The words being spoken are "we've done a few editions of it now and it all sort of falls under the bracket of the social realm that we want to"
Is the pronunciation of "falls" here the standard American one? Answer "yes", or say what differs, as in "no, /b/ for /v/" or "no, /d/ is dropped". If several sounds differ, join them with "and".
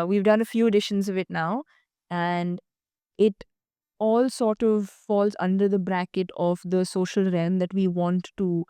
yes